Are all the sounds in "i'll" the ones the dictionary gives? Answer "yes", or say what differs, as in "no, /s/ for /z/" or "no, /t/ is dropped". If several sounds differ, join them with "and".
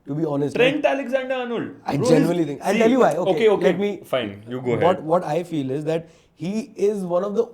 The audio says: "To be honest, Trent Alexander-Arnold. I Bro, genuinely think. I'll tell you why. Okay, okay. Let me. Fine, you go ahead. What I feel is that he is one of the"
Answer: no, /n/ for /l/